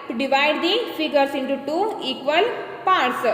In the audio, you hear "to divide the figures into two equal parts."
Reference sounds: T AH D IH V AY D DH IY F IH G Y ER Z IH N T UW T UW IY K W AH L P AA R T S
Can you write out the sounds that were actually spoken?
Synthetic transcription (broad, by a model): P D IH V AY D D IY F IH G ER S IH N T UW T UW IY K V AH L P AA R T S